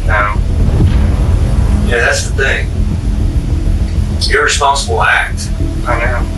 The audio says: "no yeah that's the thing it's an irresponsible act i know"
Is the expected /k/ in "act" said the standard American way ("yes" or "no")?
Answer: yes